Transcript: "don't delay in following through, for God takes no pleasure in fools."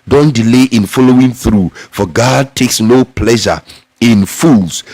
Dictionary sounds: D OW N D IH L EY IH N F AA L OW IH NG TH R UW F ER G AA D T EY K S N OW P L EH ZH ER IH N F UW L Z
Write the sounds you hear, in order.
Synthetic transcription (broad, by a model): D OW N D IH L EY IH N F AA L OW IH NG TH R UW F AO G AA D T EY K S N OW P L EH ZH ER IH N F UW L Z